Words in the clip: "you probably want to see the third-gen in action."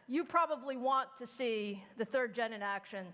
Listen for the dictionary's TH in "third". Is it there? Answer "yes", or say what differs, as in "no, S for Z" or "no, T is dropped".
yes